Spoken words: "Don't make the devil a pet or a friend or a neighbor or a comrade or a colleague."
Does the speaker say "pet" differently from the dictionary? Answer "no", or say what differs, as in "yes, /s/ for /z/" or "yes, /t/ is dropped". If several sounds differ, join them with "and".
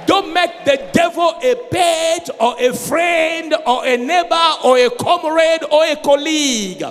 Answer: yes, /b/ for /p/